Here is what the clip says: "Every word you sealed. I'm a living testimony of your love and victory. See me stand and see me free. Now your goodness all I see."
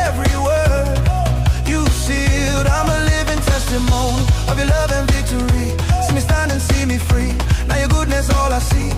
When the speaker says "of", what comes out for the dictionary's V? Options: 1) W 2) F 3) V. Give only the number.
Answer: 3